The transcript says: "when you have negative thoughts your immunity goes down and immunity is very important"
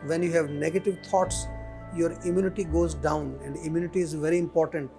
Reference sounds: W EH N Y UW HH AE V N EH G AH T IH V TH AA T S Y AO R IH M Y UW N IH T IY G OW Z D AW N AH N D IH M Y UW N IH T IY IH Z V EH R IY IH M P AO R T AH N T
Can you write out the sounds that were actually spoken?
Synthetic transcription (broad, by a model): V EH N Y UW HH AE V N EH G AH T IH V T AA T S Y AO R IH M Y UW N IH T IY G OW Z D AW N AH N D IH M Y UW N IH T IY IH Z V EH R IY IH M P AO R T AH N T